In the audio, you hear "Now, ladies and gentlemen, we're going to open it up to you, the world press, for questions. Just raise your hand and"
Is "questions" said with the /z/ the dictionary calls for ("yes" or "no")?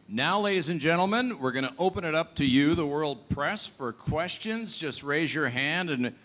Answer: yes